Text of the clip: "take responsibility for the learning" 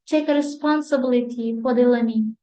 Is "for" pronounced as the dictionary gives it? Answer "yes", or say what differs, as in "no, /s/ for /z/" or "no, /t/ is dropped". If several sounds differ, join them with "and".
no, /p/ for /f/